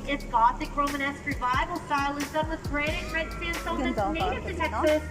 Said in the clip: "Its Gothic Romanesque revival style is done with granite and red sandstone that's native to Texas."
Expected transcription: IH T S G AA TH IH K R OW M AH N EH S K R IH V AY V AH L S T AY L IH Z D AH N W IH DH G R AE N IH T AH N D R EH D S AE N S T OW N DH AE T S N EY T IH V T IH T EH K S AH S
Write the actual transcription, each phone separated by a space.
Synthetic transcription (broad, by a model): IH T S G AA TH IH K R OW M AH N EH S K R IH V AY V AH L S AY L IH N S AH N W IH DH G R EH IH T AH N R EH D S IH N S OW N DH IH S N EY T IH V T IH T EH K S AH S